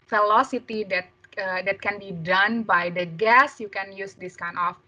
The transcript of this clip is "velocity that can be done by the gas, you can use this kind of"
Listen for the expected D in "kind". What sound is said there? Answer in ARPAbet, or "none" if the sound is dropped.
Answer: none